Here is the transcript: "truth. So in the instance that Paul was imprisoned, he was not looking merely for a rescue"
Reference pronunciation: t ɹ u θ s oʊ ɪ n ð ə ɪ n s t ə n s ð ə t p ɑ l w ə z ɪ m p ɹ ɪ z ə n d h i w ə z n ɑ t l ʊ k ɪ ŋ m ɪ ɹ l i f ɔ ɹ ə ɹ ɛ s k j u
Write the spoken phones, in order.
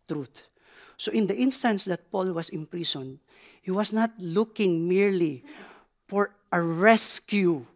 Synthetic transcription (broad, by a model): t ɹ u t s oʊ ɪ n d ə ɪ n s t ə n s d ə t p ɑ l w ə s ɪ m p ɹ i s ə n d h i w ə s n ɑ t l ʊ k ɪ ŋ m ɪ ɹ l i f ɔ ɹ ə ɹ ɛ s k j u